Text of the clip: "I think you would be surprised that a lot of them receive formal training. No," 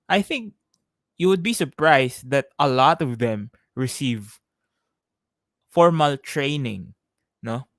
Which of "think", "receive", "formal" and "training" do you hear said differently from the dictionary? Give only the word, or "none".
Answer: none